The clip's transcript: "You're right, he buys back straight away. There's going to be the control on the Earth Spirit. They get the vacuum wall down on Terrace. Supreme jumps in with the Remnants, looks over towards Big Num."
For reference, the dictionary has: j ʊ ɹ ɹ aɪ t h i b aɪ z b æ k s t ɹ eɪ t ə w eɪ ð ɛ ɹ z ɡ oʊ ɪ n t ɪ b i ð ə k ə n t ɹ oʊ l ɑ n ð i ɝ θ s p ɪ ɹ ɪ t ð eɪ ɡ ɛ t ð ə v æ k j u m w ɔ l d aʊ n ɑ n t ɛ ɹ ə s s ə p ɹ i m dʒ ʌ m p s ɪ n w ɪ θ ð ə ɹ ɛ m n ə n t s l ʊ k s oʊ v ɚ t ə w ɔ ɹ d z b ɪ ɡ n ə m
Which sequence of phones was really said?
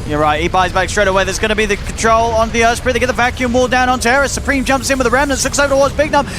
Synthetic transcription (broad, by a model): j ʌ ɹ ɹ aɪ t h i b aɪ z b æ k s t ɹ eɪ t ə w eɪ ð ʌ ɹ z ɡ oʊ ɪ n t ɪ b i ð ə k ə n t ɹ oʊ l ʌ n ð i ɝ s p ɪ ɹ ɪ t ð eɪ ɡ ɛ t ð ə v æ k j u m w ɔ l d aʊ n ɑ n t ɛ ɹ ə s s ə p ɹ i m dʒ ʌ m p s ɪ n w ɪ ð ə ɹ ɛ m n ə n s l ʊ k s oʊ v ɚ t ə w ɔ ɹ d z b ɪ ɡ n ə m